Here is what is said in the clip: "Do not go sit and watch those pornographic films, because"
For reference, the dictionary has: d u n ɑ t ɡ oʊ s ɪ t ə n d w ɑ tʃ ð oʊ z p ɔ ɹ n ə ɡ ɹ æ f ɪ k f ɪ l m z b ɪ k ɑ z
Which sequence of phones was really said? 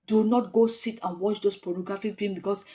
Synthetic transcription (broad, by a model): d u n ɑ t ɡ oʊ s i t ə n w ɑ tʃ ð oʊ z p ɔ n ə ɡ ɹ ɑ f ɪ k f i m b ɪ k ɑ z